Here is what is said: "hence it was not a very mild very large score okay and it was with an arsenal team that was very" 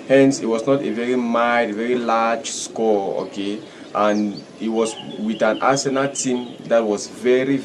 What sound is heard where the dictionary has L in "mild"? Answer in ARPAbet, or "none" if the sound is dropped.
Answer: none